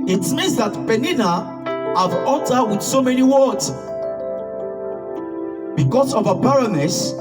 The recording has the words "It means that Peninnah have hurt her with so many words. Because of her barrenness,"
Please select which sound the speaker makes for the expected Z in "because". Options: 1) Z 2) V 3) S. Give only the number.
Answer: 3